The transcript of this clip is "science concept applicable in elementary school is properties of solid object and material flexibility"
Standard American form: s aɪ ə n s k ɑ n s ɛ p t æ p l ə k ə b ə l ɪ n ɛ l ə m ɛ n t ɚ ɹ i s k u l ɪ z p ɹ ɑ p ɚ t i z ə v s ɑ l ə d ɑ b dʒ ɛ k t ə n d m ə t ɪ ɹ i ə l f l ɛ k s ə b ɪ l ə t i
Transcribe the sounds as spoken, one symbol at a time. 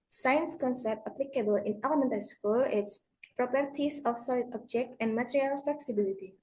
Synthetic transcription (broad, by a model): s aɪ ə n s k ɑ n s ɛ p t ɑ p l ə k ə b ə l ɪ n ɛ l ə m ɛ n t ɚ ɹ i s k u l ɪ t p ɹ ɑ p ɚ t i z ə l s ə ɑ b dʒ ɛ k t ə n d m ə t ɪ ɹ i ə l f l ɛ k s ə b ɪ l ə t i